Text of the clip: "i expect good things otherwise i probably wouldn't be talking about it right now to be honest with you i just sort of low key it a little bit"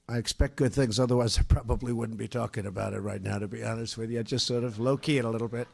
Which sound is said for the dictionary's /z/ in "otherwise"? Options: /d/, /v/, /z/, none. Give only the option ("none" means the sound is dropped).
/z/